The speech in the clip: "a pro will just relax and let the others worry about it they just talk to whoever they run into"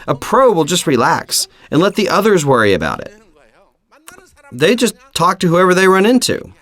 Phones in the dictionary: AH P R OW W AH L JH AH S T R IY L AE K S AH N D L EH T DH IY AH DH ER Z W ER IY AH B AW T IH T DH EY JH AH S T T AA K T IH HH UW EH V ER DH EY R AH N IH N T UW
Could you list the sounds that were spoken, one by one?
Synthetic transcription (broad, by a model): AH P R OW W AH L JH AH S T R IY L AE K S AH N L EH T DH IY AH DH ER Z W ER IY AH B AW T IH T DH EY JH AH S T T AA K T IH HH UW EH V ER DH EY R AH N IH N T UW